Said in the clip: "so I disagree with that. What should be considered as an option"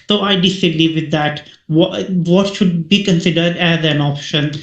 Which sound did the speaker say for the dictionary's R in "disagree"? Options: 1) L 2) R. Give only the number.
1